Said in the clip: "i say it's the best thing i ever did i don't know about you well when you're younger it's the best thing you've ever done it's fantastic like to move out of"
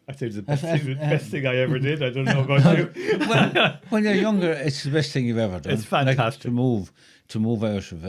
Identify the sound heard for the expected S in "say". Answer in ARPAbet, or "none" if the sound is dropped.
TH